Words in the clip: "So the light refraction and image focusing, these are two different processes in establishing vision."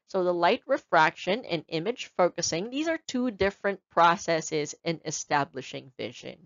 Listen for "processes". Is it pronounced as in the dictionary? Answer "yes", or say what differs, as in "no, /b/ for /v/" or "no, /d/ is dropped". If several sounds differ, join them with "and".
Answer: yes